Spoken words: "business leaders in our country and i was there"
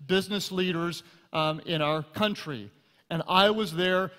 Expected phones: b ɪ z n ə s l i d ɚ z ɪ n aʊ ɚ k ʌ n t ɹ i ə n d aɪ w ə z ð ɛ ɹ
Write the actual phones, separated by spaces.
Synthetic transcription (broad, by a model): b ɪ z n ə s l i d ɚ z ɪ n aʊ ɚ k ʌ n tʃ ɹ i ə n aɪ w ə z ð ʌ ɹ